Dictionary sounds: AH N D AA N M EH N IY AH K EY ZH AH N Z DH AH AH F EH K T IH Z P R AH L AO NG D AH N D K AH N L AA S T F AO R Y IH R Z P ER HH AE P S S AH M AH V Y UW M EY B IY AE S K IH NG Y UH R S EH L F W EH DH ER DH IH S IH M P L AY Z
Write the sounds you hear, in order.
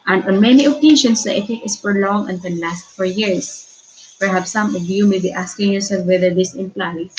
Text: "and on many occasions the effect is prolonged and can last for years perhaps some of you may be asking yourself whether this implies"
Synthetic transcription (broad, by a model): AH N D AA N M EH N IY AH K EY SH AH N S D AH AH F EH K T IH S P R L AO NG AH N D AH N L AA S T F AO R Y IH R S P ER HH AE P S S AH M AH V Y UW M EY B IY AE S K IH NG Y UH R S EH L F W EH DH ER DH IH S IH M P L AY